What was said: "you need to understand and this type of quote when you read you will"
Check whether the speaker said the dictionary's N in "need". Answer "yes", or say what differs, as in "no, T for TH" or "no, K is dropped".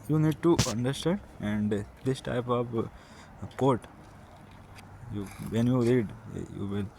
yes